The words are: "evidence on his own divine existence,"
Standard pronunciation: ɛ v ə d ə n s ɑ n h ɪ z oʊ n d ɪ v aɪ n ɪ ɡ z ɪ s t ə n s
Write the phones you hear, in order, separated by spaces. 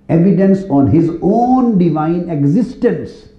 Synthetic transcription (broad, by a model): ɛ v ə d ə n s ɑ n h ɪ z oʊ n d ɪ v aɪ n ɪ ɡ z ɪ s t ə n s